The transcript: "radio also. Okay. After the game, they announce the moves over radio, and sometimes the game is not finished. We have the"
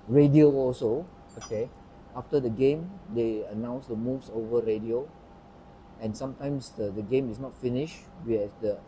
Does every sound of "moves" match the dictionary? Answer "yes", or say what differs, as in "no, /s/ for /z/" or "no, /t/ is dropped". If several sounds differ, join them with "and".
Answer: no, /s/ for /z/